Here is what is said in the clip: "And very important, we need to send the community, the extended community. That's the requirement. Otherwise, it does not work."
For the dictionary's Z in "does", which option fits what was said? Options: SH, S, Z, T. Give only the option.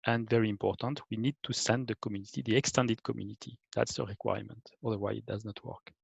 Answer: Z